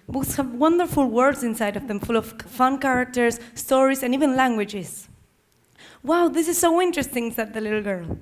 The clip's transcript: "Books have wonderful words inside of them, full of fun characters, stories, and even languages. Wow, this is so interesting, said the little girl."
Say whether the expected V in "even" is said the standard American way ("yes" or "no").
yes